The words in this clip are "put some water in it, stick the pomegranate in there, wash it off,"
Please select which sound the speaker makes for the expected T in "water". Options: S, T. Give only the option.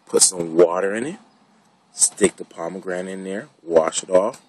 T